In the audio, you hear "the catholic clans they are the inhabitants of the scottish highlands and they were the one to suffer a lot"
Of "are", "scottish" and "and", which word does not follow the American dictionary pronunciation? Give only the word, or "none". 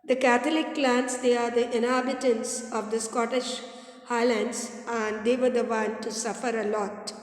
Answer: none